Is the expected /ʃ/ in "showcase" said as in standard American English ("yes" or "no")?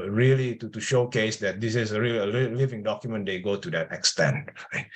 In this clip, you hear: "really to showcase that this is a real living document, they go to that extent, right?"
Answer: yes